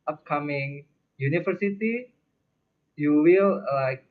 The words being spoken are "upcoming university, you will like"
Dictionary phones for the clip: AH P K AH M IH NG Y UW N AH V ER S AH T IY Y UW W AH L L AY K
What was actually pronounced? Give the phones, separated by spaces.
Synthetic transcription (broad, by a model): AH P K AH M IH NG Y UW N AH F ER S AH T IY Y UW W AH L L AY K